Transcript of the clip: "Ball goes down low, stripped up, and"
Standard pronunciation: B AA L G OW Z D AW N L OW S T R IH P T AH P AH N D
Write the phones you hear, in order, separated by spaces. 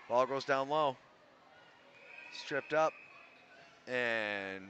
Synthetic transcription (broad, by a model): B AA L G OW Z D AW N L OW S T R IH P T AH P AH N